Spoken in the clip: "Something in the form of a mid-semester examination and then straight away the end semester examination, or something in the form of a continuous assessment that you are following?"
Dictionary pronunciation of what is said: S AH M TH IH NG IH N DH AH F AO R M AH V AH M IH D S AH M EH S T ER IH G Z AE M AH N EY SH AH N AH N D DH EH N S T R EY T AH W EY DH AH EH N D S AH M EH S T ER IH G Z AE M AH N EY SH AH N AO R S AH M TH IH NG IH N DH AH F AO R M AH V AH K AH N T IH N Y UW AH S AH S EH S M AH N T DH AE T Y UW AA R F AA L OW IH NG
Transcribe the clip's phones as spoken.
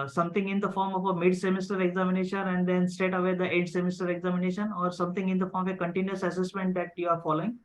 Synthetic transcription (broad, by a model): S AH M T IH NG IH N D AH F AO R M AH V AH M IH D S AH M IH S T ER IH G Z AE M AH N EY SH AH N AH N D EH N S T EY T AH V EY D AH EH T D S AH M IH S T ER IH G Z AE M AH N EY SH AH N AO R S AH M T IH NG IH N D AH F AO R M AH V AH K AH N T IH N Y UW AH S AH S EH S M AH N T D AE T Y UW AA R F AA L OW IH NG